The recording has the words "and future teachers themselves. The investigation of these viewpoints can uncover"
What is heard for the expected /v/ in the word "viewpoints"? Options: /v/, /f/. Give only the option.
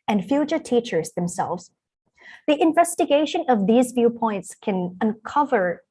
/v/